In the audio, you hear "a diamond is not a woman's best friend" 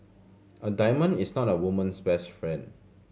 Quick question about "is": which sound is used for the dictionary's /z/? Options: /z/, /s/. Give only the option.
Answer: /s/